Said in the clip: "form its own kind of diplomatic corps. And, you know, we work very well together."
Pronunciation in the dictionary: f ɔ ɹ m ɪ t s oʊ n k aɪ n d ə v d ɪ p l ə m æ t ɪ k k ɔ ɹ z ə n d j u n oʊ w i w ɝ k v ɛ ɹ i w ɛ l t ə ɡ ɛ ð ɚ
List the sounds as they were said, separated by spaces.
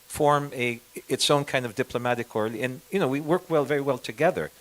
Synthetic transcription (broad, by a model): f ɔ ɹ m ɪ t s oʊ n k aɪ n d ə v d ɪ p l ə m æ t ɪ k k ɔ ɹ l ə n j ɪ n oʊ w i w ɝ k v ɛ ɹ i w ɛ l t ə ɡ ɛ ð ɚ